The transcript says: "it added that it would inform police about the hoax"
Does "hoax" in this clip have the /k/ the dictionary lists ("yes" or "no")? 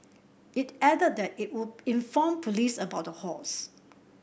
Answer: no